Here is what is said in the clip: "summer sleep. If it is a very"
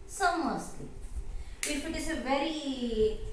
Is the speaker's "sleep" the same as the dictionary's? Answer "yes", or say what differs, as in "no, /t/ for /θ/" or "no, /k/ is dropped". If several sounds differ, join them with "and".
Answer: no, /p/ is dropped